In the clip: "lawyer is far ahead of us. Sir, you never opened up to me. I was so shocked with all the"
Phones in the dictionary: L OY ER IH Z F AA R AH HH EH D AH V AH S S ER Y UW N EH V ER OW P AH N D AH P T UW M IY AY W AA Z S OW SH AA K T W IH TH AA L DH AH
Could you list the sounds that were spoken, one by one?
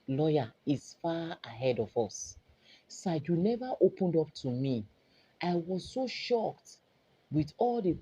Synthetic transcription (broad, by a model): L OY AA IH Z F AA AH HH EH D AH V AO S S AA Y UW N EH V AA OW P AH N D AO P T UW M IY AY W AA Z S OW SH AA K T W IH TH AA L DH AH